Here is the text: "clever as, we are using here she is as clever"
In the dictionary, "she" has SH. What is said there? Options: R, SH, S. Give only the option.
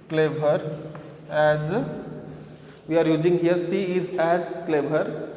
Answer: S